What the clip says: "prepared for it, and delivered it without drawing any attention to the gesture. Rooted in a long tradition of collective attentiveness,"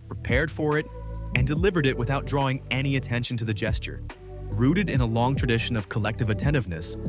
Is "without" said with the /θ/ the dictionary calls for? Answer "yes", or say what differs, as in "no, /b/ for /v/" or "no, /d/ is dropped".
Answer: yes